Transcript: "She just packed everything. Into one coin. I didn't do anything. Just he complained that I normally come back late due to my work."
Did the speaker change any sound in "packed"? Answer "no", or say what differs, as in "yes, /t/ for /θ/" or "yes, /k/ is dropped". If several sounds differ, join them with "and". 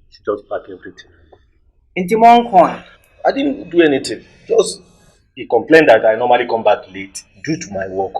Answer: yes, /b/ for /p/ and /t/ is dropped